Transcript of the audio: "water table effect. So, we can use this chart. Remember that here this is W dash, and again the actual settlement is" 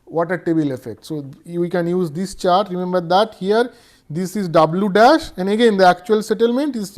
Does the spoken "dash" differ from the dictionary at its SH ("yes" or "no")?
no